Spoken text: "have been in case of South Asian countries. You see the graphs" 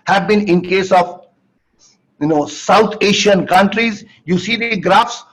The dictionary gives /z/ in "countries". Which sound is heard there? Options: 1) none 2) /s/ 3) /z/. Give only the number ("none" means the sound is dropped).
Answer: 3